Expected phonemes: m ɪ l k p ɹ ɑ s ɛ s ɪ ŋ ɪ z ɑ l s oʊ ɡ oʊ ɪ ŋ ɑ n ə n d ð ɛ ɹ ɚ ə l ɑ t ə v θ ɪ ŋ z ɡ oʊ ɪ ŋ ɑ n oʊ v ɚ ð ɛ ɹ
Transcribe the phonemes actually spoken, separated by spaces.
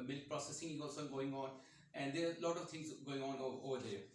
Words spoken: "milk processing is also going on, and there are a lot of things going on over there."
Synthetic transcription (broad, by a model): m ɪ l k p ɹ ɑ s ɛ s ɪ ŋ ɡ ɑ s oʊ ɡ oʊ ɪ ŋ ɑ n ə n d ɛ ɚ ə l ɑ t ə v t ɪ ŋ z ɡ oʊ ɪ ŋ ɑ n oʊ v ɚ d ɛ